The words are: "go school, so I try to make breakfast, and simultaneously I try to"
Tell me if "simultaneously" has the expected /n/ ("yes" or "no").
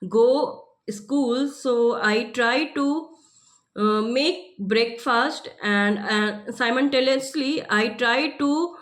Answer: no